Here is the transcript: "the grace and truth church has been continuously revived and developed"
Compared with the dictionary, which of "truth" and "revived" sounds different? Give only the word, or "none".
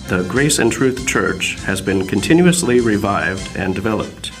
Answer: none